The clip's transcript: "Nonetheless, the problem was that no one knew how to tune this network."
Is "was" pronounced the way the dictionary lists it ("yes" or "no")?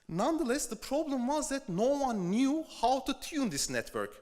yes